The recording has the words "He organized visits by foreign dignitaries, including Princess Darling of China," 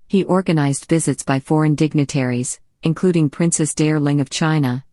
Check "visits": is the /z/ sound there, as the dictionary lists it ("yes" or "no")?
yes